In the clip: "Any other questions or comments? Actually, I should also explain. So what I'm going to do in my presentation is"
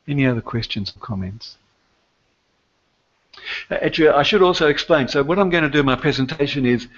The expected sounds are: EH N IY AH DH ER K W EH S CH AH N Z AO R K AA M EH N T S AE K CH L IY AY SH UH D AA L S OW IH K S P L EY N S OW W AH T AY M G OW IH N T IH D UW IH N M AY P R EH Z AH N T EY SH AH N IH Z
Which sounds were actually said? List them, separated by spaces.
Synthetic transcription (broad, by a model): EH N IY AH DH ER K W EH S CH AH N Z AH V K AA M EH N T S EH CH IY AY SH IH D AA L S OW IH K S P L EY N S OW W AH T AY M G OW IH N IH D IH IH N M AY P R EH Z AH N T EY SH AH N IH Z